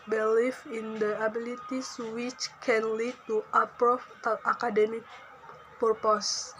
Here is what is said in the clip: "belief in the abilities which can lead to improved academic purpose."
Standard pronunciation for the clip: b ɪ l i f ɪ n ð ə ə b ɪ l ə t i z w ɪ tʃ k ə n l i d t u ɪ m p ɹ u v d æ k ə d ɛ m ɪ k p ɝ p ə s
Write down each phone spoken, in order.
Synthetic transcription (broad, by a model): b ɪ l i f ɪ n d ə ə b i l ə t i s w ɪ tʃ k ə n l i d t u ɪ p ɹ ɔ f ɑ k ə d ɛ m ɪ k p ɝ p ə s